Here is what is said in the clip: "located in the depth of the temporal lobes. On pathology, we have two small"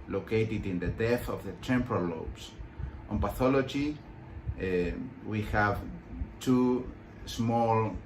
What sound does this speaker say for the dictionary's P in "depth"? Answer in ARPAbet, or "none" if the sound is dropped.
none